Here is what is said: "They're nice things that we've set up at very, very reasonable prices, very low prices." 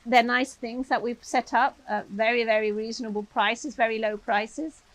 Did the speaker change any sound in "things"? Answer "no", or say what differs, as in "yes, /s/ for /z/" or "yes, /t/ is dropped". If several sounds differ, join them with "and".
no